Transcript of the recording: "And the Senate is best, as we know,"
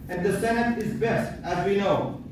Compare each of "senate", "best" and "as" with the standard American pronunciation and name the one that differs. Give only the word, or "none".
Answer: none